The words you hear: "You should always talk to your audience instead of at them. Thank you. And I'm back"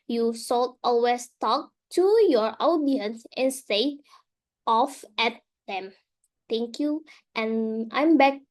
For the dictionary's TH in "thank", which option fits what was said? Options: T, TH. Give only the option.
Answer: T